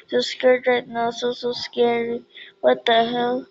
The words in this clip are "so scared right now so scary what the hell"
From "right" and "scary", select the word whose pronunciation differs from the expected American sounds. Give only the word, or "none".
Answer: none